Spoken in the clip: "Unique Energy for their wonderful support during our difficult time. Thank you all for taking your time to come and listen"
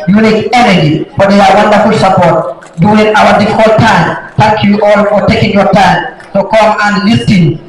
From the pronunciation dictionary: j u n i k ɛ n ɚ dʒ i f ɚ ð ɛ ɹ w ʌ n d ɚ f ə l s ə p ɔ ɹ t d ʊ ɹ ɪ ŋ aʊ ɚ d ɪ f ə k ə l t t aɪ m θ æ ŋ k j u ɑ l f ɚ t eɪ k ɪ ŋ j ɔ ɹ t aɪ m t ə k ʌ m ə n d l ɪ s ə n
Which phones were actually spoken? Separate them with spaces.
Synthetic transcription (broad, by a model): j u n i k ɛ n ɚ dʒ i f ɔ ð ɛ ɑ w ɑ n d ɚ f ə l s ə p ɔ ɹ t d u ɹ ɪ ŋ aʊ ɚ d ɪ f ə k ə l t t aɪ m t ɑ k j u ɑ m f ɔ t eɪ k ɪ ŋ j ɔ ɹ t aɪ m s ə k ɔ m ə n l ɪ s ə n